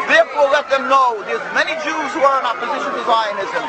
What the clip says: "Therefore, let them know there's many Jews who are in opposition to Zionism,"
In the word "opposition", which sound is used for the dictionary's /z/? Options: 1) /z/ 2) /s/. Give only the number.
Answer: 1